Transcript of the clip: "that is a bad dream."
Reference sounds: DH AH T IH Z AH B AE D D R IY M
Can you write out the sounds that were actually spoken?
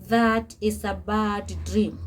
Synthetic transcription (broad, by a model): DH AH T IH S AH B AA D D R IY M